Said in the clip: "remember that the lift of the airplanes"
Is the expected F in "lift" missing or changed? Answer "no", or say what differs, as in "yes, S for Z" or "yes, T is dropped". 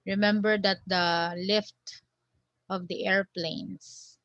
no